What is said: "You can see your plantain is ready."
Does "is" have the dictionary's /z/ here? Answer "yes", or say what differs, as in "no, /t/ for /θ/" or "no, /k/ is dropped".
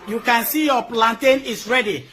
no, /s/ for /z/